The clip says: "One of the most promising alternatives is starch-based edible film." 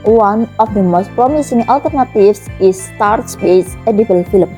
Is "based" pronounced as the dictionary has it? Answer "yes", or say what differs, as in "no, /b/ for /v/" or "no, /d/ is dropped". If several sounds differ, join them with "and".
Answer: no, /t/ is dropped